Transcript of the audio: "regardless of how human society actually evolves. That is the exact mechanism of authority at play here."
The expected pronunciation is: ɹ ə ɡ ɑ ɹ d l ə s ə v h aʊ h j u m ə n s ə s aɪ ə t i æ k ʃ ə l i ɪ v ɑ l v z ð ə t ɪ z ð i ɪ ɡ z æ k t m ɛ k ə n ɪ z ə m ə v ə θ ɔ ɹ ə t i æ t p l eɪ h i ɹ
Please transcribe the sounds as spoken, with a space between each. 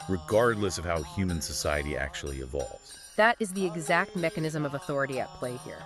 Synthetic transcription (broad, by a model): ɹ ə ɡ ɑ ɹ d l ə s ə v h aʊ h j u m ə n s ə s aɪ ə t i æ k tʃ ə l i ɪ v ɑ l v z ð ə t ɪ z ð i ɪ ɡ z æ k t m ɛ k ə n ɪ z ə m ə v ə θ ɔ ɹ ə t i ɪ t p l eɪ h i ɹ